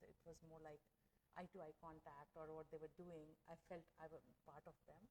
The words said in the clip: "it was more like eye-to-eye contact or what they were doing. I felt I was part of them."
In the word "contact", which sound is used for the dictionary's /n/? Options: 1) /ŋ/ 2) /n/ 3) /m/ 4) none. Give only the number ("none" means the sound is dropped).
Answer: 2